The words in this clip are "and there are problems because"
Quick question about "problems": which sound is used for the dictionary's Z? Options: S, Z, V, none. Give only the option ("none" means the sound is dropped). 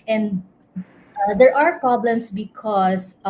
S